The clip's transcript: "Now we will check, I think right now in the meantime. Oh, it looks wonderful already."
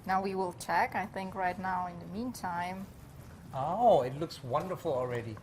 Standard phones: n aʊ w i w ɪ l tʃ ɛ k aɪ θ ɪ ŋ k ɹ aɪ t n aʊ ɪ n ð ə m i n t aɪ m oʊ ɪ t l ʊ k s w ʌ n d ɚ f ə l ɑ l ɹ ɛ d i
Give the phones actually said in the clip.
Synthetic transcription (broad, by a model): n aʊ w i w ɪ l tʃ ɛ k aɪ θ ɪ ŋ k ɹ aɪ t n aʊ ɪ n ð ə m i n t aɪ m oʊ ɪ t l ʊ k s w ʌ n d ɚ f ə l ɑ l ɹ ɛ d i